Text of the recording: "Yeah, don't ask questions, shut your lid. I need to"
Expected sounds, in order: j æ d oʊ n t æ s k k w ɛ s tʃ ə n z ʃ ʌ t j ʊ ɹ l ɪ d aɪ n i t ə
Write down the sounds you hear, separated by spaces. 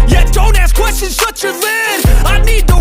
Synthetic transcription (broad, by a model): j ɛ d oʊ n t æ s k k w ɛ s tʃ ə n z s ʌ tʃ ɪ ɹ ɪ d aɪ n i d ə